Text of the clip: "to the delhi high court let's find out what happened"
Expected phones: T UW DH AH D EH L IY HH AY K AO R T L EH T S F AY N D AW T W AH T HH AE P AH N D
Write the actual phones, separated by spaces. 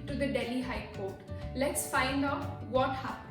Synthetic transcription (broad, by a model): T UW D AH D EH L IY HH AY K AO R T L EH T S F AY N D AW T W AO T HH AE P